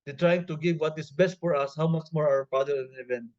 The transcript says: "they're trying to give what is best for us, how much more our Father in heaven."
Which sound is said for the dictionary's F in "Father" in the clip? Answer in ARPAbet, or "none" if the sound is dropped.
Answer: P